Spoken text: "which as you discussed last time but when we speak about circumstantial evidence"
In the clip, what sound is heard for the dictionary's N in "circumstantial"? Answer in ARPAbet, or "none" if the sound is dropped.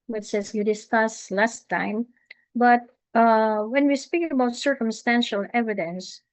N